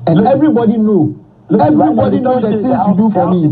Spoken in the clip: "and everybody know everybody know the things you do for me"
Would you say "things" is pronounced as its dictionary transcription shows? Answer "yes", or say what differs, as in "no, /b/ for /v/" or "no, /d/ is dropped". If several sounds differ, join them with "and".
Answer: no, /s/ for /θ/